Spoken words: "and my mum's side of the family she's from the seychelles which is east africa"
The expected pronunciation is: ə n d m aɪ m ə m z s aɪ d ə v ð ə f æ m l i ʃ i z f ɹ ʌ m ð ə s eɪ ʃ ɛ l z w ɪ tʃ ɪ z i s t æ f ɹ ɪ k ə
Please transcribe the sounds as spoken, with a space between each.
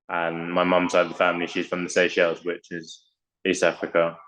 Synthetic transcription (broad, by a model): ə n m aɪ m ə m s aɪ ə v ð ə f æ m l i ʃ i z f ɹ ʌ m ð ə s eɪ ʃ ɛ l z w ɪ tʃ ɪ z i s t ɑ f ɹ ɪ k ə